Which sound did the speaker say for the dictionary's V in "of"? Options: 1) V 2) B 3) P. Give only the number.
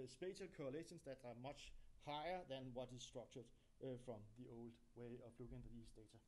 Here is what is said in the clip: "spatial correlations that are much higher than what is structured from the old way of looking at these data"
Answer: 3